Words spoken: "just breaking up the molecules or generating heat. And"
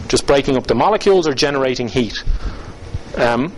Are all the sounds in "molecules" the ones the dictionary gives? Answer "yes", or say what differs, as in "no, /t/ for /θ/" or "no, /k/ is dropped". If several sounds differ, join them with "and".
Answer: yes